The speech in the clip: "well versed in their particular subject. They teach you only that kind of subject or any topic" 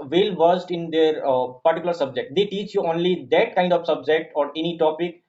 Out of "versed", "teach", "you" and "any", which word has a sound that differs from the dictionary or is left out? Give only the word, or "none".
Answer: none